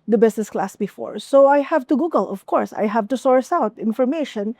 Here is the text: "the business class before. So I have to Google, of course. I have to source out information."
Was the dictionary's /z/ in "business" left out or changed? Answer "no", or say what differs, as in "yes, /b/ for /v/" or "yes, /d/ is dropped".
yes, /s/ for /z/